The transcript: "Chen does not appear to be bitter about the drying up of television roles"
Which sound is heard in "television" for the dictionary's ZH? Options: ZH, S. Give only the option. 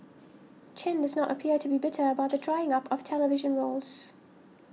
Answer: ZH